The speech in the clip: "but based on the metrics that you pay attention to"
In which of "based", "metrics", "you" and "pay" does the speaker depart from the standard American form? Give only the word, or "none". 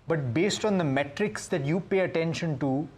none